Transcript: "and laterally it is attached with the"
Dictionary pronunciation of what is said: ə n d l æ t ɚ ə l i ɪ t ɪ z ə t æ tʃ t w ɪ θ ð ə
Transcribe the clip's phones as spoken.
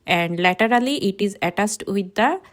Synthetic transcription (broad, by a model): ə n d l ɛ t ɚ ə l i ɪ t ɪ z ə t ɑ s t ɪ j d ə